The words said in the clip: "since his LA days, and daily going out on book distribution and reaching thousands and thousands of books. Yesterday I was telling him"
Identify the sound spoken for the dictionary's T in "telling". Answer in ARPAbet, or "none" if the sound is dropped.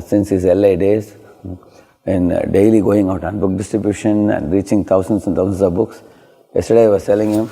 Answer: S